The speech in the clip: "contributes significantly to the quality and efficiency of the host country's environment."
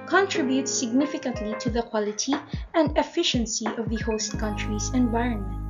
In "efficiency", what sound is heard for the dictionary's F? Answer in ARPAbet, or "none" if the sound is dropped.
F